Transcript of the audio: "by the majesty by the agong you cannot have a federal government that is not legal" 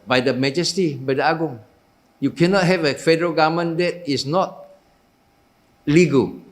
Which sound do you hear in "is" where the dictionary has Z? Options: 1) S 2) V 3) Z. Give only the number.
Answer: 1